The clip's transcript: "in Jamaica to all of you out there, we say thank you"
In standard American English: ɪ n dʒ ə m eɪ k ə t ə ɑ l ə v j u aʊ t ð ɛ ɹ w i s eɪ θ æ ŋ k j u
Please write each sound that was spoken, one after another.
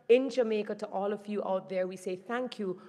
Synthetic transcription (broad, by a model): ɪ n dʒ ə m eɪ k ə t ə ɑ l ə v j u aʊ t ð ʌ ɹ w i s eɪ θ æ ŋ k j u